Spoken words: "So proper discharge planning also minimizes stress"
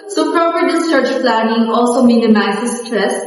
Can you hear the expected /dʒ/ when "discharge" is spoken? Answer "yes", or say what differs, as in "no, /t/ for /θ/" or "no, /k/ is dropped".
no, /tʃ/ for /dʒ/